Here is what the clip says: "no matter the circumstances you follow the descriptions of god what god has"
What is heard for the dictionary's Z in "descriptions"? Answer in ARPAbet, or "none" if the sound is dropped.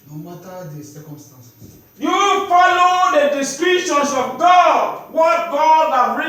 S